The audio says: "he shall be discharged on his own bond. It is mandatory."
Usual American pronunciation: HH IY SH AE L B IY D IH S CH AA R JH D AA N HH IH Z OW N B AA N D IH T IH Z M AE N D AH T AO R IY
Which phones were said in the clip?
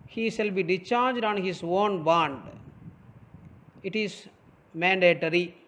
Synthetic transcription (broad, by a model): HH IY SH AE L B IY D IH CH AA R JH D AA N HH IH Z OW N B AA N D IH T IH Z M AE N D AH T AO R IY